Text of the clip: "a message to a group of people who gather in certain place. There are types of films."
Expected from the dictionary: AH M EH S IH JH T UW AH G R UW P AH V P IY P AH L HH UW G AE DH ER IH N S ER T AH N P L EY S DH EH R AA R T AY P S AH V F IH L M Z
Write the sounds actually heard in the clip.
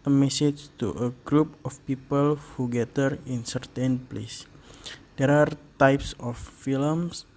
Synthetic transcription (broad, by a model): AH M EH S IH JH T UW AH G R UW P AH F P IY P AH L HH UW G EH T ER IH N S ER T AH N P L EY S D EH R AA R T AY P S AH F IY L M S